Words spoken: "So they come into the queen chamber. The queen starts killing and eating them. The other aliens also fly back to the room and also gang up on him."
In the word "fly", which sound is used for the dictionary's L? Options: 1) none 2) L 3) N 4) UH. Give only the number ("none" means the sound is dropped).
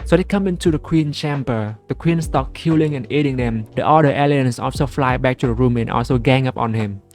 2